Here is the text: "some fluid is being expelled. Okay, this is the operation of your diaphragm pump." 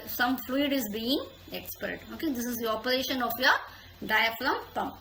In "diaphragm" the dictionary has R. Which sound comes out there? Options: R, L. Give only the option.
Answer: L